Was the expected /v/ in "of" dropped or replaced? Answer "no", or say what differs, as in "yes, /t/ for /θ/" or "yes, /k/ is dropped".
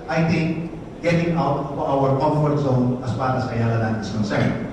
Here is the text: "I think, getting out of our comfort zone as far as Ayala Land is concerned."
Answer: yes, /w/ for /v/